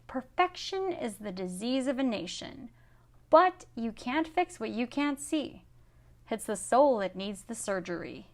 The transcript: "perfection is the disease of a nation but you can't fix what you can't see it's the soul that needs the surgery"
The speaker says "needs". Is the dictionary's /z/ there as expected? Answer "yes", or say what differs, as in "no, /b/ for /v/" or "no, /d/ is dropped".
yes